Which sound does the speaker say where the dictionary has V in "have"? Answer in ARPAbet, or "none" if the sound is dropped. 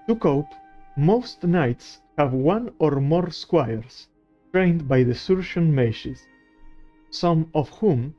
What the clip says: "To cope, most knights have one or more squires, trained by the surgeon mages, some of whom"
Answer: V